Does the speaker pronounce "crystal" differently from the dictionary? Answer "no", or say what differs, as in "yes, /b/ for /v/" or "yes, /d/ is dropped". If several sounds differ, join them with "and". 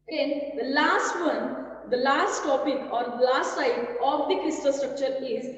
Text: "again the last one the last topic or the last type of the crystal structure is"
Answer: yes, /ɹ/ is dropped